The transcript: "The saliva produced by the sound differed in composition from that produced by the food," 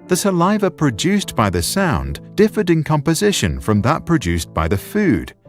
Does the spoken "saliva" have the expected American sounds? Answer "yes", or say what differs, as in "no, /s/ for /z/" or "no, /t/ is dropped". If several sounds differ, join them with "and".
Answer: yes